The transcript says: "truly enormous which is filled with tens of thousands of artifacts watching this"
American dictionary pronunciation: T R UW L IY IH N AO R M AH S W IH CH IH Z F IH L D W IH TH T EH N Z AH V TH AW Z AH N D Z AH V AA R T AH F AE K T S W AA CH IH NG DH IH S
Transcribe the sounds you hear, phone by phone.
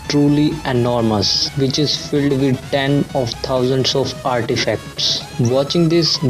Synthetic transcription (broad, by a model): T R UW L IY IH N AO R M AH S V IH CH IH Z F IH L D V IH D T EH N AH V T AW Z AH N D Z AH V AA R T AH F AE K T S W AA CH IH NG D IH S